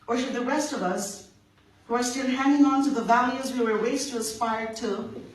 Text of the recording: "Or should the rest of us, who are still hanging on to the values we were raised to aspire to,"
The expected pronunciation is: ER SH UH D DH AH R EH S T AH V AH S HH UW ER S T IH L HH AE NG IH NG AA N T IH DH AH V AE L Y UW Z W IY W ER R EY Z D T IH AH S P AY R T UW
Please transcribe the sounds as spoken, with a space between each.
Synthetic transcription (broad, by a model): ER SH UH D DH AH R EH S T AH V AH S HH UW ER S T IH L HH AE NG IH NG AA N T IH DH AH V AE L Y UW Z W IY W ER W EY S T IH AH S P AY R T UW